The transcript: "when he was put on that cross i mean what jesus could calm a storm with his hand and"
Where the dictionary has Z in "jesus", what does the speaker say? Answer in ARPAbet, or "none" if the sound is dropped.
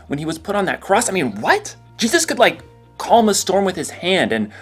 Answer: Z